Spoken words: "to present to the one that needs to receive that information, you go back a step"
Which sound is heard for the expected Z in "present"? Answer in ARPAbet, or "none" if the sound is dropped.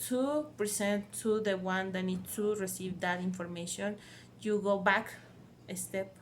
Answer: S